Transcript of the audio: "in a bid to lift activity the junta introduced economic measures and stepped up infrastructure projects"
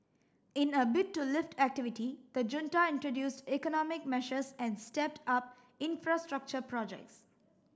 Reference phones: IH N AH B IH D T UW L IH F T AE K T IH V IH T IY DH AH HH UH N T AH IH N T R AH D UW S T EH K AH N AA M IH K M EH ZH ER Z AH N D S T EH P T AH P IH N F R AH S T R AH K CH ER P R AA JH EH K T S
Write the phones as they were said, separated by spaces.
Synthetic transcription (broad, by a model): IH N AH B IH T UW L IH F T AE K T IH V IH T IY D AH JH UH N T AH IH N T R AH D UW S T EH K AH N AA M IH K M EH SH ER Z AH N D S T EH P T AH P IH N F R AH S T R AH K CH ER P R AA JH EH K T S